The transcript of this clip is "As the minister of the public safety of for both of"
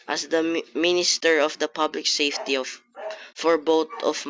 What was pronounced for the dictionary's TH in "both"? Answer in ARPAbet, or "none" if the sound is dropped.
T